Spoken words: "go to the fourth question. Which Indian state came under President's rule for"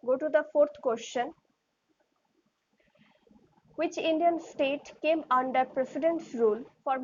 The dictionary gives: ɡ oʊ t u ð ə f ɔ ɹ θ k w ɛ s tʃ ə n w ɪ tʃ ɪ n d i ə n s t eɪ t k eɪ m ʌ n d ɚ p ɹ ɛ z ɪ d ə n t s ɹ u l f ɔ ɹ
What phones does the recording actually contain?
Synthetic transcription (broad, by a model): ɡ oʊ t u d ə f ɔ ɹ t k w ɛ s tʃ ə n w ɪ tʃ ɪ n d i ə n s t eɪ t k eɪ m ʌ n d ɚ p ɹ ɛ s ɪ d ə n t s ɹ u l f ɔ ɹ